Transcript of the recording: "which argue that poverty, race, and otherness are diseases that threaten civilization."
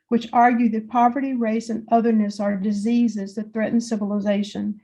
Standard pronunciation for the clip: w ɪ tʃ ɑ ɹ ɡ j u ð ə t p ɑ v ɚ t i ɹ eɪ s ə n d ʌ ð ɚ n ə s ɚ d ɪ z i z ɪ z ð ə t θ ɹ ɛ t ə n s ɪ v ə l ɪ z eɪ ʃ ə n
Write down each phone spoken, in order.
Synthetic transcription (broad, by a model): w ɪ tʃ ɑ ɹ ɡ j u ð ə t p ɑ v ɚ t i ɹ eɪ s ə n ʌ ð ɚ n ə s ɚ d ɪ z i z ɪ z ð ə t θ ɹ ɛ t n s ɪ v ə l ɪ z eɪ ʃ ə n